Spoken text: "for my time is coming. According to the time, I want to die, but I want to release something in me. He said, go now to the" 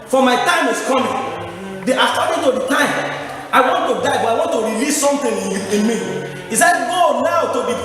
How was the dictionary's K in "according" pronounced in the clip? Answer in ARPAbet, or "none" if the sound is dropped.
none